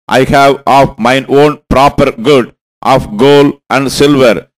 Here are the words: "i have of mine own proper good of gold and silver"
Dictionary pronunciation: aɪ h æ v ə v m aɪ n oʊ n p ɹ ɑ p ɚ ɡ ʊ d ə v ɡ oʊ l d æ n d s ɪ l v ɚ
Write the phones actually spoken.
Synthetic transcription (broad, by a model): aɪ h æ v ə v m aɪ n oʊ n p ɹ ɑ p ɚ ɡ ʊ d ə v ɡ oʊ l æ n d s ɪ l v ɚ